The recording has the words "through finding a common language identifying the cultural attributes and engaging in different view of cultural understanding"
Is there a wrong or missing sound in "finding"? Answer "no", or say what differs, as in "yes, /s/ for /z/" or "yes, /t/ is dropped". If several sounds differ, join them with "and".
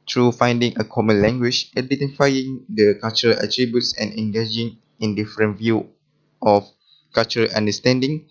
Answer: no